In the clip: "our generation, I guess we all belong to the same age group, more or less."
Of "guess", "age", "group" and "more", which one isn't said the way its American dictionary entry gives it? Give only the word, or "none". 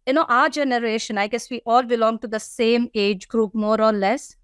none